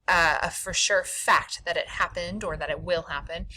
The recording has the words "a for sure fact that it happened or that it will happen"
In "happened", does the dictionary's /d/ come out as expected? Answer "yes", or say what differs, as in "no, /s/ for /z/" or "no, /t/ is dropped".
yes